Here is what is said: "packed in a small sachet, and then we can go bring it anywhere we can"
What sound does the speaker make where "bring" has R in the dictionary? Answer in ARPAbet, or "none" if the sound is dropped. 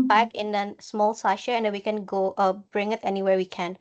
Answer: R